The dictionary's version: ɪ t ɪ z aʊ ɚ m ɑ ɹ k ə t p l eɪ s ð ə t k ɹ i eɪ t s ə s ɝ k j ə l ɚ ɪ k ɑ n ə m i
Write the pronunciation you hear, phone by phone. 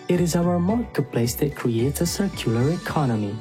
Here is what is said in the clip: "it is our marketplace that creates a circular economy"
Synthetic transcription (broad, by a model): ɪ t ɪ z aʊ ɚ m ɑ ɹ k ə t p l eɪ s ð ə t k ɹ i eɪ t s ə s ɝ k j ə l ɚ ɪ k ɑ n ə m i